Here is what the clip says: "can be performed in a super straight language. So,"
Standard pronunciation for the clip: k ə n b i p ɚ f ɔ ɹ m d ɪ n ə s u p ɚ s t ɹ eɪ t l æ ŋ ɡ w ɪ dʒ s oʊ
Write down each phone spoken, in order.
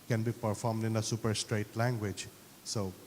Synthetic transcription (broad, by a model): k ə n b i p ɚ f ɔ ɹ m d ɪ n ə s u p ɚ s t ɹ eɪ t l æ ŋ ɡ w ɪ dʒ s oʊ